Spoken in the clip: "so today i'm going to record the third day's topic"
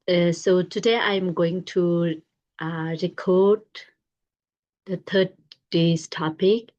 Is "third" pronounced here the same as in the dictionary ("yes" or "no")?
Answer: no